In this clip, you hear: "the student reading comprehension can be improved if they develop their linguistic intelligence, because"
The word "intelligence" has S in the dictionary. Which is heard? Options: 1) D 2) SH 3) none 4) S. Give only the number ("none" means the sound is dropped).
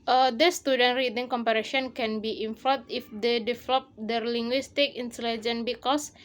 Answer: 3